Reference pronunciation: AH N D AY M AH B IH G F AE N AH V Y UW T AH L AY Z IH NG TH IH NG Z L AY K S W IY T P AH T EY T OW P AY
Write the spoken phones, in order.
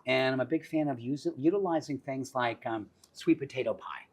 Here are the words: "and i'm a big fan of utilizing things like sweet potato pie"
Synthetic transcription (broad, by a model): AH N AY M AH B IH G F AE N AH V Y UW T AH L AY Z IH NG TH IH NG Z L AY K S W IY T P AH T EY T OW P AY